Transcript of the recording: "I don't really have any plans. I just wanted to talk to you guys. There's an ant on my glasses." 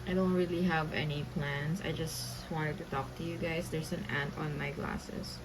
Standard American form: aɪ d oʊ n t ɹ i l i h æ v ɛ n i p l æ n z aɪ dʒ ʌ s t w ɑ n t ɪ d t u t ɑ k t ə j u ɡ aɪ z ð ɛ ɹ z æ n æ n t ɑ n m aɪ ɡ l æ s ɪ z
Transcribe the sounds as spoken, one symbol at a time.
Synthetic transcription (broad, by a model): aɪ d oʊ n t ɹ i l i h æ v ɛ n i p l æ n s aɪ dʒ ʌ s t w ɑ n t ɪ d t u t ɑ k t ə j u ɡ aɪ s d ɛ ɹ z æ n æ n t ɑ n m aɪ ɡ l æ s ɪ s